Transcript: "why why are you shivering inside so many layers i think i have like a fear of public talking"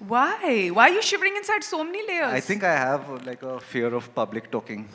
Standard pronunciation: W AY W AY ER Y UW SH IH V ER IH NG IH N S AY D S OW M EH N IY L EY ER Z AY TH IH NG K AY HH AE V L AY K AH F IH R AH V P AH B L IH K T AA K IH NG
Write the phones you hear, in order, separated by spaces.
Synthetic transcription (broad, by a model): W AY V AY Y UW SH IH V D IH NG IH N S AY D S OW M EH N IY L EY ER AY T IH NG K AY HH AE V L AY K AH F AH R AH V P AH B L IH K T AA K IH NG